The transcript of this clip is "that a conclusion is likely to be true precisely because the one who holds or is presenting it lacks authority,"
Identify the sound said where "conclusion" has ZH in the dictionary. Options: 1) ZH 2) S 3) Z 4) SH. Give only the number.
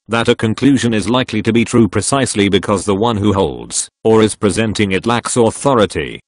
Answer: 1